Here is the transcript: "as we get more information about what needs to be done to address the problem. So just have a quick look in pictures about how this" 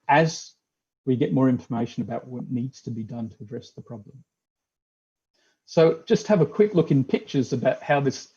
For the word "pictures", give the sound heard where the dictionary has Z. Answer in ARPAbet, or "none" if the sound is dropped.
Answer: Z